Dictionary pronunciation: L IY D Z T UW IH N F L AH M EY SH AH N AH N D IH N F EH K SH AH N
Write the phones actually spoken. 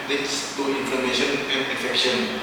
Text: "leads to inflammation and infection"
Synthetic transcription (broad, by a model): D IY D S T UW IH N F AH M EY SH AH N AH N D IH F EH K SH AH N